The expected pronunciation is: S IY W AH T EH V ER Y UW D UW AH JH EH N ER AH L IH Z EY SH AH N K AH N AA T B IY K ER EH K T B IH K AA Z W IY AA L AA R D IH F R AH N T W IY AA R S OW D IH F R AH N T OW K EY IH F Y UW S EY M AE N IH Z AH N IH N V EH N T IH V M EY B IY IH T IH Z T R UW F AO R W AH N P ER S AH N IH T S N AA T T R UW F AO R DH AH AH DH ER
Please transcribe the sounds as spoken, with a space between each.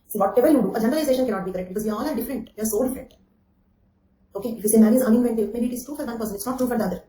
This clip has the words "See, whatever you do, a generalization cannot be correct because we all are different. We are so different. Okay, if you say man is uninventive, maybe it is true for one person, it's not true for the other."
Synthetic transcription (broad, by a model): S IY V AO T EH V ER Y UW D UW AH JH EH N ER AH L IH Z EY SH AH N K AH N AA T B IY K ER EH K T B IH K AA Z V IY AA L AA R D IH F R AH N T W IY AA R S OW D IH F R AH N T OW K EY IH F Y UW S EY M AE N IH Z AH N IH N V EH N T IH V M EY B IY IH T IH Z T R UW F AO R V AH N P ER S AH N IH T S N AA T T R UW F AO R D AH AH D ER